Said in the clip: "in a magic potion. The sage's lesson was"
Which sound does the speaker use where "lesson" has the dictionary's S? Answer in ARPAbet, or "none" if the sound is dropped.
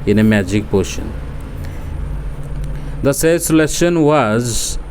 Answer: SH